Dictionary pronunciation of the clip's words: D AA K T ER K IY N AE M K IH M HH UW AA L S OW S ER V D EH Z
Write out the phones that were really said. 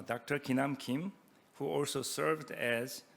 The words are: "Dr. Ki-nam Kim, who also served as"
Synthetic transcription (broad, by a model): D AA K T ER K IY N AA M K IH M HH UW AA L S OW S ER V D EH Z